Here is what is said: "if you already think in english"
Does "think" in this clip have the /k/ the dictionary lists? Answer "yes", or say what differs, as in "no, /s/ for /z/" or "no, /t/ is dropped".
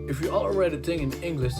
no, /k/ is dropped